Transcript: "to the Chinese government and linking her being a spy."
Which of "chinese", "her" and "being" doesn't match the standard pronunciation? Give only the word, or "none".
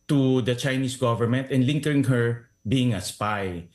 chinese